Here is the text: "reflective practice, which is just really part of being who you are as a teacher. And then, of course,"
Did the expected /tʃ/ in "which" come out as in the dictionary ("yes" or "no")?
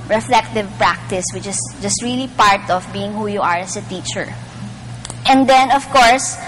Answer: yes